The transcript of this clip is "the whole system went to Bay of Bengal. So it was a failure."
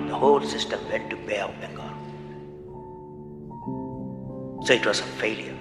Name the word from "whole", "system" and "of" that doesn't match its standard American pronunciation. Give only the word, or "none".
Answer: of